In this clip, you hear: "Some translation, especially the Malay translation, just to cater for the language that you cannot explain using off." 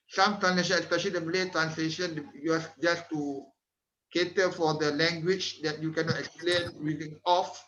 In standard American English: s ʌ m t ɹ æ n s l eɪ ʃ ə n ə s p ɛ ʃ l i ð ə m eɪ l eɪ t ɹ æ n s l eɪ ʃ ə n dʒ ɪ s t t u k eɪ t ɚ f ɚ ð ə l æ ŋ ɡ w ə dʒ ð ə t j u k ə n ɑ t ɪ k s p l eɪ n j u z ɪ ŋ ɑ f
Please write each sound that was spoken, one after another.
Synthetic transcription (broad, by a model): s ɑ m t ɹ æ n s l eɪ ʃ ə n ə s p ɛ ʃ i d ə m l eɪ t ɹ æ n s l eɪ ʃ ə n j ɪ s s t u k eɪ t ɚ f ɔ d ə l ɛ ŋ ɡ w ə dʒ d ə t j u k ə n ɑ t ɪ k s p l eɪ n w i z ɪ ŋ ɑ f